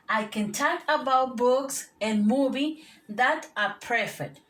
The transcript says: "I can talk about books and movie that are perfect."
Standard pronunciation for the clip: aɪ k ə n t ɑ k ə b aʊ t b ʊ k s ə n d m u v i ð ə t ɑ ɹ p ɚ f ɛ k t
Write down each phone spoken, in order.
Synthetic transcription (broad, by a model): aɪ k ə n t ɑ k ə b aʊ t b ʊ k s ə n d m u b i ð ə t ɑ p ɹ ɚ f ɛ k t